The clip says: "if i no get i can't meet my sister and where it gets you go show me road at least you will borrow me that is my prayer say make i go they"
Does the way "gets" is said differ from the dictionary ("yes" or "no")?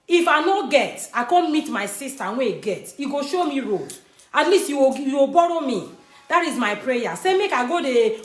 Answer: yes